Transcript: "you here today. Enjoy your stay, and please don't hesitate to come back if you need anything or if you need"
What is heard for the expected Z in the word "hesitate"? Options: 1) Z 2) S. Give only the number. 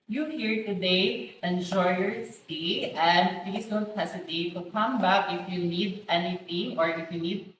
2